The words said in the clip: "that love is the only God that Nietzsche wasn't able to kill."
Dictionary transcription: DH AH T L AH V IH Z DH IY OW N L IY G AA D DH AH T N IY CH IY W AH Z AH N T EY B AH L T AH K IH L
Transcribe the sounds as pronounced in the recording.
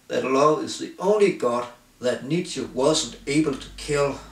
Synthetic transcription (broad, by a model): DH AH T L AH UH IH Z DH IY OW N L IY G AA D DH AH T N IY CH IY W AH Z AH N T EY B AH L T AH K IH L